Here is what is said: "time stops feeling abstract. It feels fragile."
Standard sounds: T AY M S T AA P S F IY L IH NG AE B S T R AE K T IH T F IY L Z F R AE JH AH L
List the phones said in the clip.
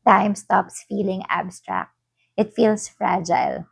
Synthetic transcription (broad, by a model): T AY M S T AA P S F IY L IH NG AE B S T R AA K T IH T F IY L S F R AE JH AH L